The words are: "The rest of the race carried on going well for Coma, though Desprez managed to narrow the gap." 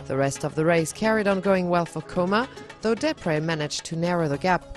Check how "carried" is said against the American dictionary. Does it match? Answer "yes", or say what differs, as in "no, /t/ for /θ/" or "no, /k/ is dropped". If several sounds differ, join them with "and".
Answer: yes